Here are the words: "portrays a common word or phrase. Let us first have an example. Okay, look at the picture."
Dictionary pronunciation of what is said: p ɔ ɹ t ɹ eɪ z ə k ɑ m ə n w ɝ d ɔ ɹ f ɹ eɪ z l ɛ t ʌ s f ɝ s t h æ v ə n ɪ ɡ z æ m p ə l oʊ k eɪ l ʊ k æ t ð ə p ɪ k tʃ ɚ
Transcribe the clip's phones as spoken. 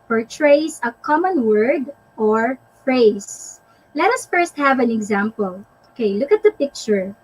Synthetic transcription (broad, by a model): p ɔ ɹ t ɹ eɪ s ə k ɑ m ə n w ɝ d ɔ ɹ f ɹ eɪ s l ɛ t ʌ s f ɝ s t h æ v ə n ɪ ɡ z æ m p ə l oʊ k eɪ l ʊ k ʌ t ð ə p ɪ k tʃ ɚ